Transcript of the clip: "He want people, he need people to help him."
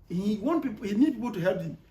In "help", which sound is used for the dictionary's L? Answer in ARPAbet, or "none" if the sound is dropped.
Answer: none